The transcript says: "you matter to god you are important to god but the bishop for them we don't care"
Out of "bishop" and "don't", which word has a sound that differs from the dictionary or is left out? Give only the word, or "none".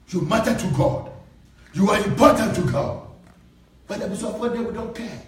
bishop